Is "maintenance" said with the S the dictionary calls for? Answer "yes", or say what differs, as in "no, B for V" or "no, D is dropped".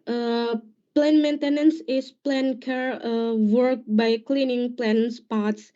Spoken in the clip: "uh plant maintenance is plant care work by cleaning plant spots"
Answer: yes